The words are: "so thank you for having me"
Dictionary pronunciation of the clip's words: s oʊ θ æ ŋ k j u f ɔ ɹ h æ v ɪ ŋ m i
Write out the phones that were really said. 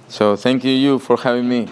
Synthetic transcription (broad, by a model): s oʊ t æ ŋ k j u f ɔ ɹ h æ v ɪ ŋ m i